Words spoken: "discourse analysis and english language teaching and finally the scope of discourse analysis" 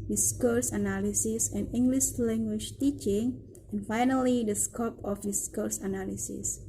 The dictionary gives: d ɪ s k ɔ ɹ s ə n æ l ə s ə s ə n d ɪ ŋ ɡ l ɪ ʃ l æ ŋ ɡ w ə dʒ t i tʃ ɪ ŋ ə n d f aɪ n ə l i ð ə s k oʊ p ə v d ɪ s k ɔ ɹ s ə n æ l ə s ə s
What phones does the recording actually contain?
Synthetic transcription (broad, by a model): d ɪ s k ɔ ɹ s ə n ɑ l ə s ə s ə n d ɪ ŋ ɡ l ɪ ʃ l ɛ ŋ ɡ w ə ʃ t i tʃ ɪ ŋ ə n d f aɪ n ə l i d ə s k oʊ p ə f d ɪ s k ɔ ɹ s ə n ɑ l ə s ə s